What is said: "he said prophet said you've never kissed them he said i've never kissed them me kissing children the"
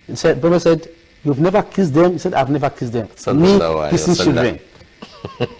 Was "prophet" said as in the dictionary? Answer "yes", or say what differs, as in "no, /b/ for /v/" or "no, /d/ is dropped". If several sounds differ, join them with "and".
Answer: no, /b/ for /p/